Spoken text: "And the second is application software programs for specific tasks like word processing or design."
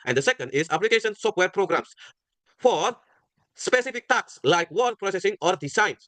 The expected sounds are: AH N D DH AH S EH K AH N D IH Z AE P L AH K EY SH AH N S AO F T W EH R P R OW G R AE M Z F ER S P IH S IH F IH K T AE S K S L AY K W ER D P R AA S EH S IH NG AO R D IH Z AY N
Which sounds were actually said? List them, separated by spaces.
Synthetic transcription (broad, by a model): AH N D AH S EH K AH N D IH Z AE P L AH K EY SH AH N S AO F T W EH R P R OW G R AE M S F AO S P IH S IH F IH K T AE K S L AY K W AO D P R AA S EH S IH NG AO R D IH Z AY N